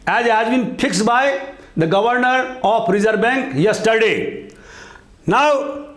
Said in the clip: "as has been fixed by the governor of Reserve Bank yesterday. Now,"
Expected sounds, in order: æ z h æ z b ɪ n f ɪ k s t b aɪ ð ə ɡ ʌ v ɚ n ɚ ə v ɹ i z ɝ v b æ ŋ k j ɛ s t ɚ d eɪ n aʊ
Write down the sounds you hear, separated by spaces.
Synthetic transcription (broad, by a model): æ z h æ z b ɪ n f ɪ k s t b aɪ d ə ɡ ʌ v ɚ n ɚ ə p ɹ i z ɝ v b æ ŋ k j ɛ s t ɚ d eɪ n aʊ